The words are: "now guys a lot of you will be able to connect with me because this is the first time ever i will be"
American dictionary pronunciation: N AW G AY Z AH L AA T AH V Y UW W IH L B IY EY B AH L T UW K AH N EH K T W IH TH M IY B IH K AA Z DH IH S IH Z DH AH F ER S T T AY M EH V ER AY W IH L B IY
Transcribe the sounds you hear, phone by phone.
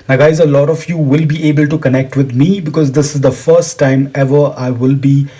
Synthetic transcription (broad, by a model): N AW G AY Z AH L AA T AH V Y UW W IH L B IY EY B AH L T UW K AH N EH K T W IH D M IY B IH K AA Z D IH S IH Z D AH F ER S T T AY M EH V ER AY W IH L B IY